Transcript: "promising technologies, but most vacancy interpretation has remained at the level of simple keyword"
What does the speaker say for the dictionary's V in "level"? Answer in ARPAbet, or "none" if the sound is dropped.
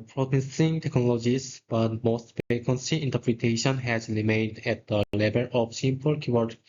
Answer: B